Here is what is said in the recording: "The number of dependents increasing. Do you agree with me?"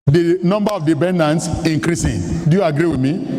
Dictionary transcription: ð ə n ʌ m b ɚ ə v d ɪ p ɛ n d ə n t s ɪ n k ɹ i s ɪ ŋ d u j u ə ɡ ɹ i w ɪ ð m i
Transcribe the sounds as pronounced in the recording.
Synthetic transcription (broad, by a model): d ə n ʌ m b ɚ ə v d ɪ b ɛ n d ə n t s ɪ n k ɹ i s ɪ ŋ d u j u ə ɡ ɹ i w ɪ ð m i